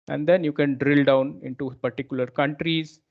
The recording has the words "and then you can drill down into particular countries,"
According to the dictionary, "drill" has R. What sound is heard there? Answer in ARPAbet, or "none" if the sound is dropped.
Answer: R